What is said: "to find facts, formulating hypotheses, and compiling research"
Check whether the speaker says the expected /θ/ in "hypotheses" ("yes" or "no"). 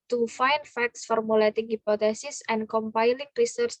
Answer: no